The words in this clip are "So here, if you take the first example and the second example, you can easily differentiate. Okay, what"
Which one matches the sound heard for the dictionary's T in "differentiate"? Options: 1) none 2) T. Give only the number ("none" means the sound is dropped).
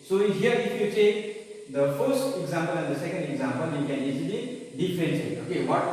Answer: 1